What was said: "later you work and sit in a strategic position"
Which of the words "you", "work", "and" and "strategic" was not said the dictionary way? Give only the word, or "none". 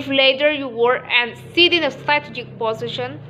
work